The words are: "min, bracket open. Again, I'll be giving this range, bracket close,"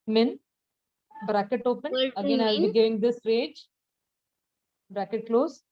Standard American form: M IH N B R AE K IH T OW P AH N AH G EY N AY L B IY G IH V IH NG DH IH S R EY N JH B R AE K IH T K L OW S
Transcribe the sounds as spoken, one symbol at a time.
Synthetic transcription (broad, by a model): M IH N B R AE K IH T OW P AH N AH G EY N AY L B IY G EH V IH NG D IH S R EY JH B R AE K IH T K L OW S